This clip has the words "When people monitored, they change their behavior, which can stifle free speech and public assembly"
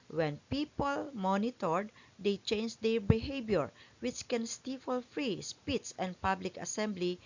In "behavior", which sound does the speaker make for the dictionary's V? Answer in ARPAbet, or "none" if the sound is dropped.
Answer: B